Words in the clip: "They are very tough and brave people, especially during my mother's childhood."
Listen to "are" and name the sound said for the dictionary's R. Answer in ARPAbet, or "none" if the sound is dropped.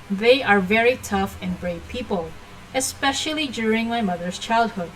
R